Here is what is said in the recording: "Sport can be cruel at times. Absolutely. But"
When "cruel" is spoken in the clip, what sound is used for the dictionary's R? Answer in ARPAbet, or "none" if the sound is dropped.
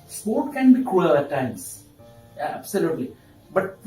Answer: none